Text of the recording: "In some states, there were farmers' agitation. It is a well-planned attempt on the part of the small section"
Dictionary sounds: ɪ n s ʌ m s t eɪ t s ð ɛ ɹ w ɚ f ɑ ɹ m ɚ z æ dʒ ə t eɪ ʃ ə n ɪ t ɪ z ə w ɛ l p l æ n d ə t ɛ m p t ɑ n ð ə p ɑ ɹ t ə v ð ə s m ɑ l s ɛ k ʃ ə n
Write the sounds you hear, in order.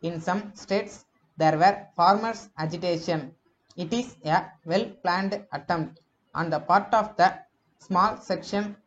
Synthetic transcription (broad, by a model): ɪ n s ʌ m s t eɪ t s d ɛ ɹ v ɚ f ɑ ɹ m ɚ s æ dʒ ə t eɪ ʃ ə n ɪ t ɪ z ə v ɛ l p l æ n d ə t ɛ m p t ɑ n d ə p ɑ ɹ t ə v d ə s m ɑ l s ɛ k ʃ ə n